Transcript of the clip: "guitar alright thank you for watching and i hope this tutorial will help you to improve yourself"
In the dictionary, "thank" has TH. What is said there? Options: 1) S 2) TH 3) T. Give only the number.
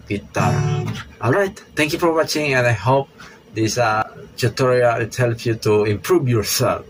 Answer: 3